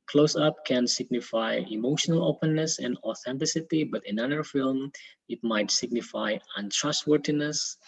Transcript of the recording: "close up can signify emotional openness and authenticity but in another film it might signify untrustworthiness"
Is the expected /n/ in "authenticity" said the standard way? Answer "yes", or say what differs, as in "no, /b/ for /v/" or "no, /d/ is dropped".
yes